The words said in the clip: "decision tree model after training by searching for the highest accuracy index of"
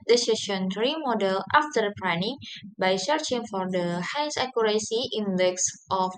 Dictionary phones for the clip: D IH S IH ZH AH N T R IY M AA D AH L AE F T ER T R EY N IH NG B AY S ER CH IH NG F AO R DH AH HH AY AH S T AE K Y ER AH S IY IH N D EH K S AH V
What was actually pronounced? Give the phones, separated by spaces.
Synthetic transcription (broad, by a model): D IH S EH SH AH N T R IY M AA D AH L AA F T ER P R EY N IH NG B AY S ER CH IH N F AO R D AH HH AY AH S AA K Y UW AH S IY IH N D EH K S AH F